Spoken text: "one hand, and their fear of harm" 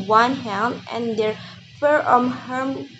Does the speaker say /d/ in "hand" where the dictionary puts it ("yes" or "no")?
no